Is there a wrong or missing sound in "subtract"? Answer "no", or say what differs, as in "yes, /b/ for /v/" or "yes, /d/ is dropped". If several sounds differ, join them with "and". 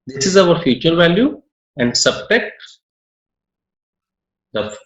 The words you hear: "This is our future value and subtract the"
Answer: yes, /ɹ/ is dropped